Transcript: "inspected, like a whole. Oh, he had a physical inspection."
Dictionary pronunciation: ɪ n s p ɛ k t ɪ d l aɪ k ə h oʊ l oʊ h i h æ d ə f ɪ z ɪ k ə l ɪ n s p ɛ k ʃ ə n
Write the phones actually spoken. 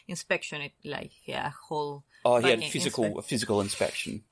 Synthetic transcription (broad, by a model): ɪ n s p ɛ k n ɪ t l aɪ k ə h oʊ l oʊ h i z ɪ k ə f ɪ z ɪ k ə l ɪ n s p ɛ k ʃ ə n